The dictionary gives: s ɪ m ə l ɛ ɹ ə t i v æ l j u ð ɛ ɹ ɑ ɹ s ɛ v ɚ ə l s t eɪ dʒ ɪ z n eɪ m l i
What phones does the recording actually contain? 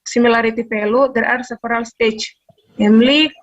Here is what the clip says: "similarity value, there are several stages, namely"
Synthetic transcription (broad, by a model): s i m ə l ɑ ɹ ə t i p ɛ l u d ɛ ɹ ɑ ɹ s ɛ f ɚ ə l s t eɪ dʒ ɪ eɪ m l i